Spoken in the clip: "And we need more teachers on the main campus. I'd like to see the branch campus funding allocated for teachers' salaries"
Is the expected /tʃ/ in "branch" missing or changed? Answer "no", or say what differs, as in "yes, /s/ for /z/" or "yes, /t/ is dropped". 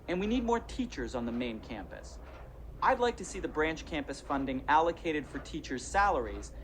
no